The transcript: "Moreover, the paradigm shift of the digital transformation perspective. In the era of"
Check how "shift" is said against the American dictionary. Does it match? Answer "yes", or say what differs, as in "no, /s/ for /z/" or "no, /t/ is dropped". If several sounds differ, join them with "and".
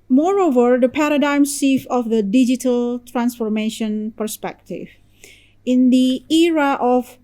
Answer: no, /s/ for /ʃ/ and /t/ is dropped